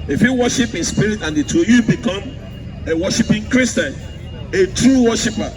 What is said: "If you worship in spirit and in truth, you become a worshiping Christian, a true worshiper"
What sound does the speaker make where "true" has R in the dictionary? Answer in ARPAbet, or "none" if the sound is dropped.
R